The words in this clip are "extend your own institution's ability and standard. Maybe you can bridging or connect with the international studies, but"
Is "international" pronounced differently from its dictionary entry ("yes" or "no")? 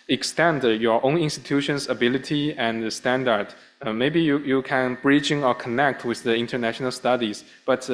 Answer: no